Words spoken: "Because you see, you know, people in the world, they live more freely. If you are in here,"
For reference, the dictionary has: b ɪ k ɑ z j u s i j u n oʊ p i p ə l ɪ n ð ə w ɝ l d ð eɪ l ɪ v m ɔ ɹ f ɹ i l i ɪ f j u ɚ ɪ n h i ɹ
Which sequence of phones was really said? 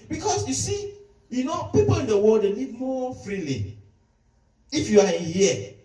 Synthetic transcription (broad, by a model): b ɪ k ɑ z j u s i j u n oʊ p i p ə l ɪ n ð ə w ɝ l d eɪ n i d m ɔ f ɹ i l i ɪ f j u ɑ ɪ n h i